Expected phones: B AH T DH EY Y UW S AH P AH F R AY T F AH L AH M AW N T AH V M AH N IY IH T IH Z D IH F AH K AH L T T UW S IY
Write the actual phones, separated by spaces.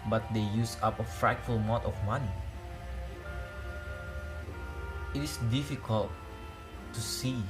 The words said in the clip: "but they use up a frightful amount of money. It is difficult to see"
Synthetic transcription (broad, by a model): B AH T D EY Y UW S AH P AH F R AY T F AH L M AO T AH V M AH N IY IH T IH S D IH F AH K AH L T T UW S IY